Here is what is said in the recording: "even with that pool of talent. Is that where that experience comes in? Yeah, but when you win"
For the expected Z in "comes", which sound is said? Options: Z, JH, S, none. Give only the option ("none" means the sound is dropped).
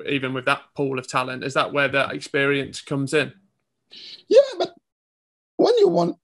Z